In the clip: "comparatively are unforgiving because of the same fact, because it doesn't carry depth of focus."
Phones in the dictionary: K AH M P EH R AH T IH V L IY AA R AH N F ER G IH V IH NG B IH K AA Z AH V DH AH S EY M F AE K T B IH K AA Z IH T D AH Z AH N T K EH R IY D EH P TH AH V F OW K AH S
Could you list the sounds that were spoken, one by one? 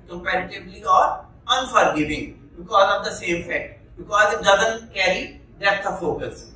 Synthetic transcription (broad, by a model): K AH M P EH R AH T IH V L IY AA R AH N F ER G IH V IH NG B IH K AA Z AH V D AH S EY M F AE K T B IH K AA Z IH T D AH Z AH N T K EH R IY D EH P T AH F OW K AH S